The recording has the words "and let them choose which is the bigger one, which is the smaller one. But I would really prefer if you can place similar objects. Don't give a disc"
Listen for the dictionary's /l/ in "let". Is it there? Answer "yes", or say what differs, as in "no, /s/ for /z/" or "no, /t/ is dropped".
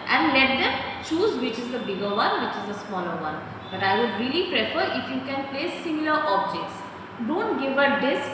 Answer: yes